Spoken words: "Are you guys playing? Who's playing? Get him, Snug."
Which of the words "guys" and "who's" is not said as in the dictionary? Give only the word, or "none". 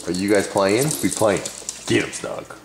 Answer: who's